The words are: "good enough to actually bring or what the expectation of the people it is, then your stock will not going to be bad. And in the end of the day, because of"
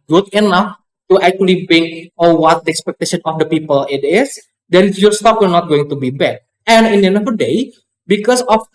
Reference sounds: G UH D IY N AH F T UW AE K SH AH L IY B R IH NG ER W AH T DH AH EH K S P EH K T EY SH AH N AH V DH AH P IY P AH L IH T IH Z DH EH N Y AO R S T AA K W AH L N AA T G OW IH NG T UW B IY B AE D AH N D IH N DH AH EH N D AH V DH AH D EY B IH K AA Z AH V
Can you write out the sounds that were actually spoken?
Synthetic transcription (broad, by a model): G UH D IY N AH F T UW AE K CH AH L IY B IH NG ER W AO T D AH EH K S P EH K T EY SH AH N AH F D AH P IY P AH L IH T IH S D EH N Y AO R S T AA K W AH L N AA T G OW IH NG T UW B IY B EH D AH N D IH N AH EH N AH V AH D EY B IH K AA S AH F